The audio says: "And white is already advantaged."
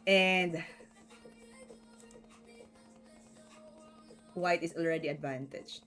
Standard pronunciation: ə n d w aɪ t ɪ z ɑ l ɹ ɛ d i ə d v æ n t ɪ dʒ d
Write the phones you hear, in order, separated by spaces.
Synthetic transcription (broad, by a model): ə n d w aɪ t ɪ s ɑ l ɹ ɛ d i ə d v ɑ n t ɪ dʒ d